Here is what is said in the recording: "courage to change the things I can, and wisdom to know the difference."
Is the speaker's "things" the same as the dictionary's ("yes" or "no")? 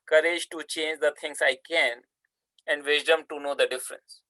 no